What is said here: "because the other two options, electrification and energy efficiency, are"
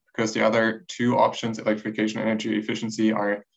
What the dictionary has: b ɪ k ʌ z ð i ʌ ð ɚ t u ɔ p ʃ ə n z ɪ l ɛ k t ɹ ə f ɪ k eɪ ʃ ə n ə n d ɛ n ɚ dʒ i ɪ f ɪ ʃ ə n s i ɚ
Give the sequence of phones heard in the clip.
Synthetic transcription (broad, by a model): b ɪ k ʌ z ð i ʌ ð ɚ t u ɔ p ʃ ə n z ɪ l ɛ k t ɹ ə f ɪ k eɪ ə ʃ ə n ɛ n ɚ dʒ i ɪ f ɪ ʃ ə n s i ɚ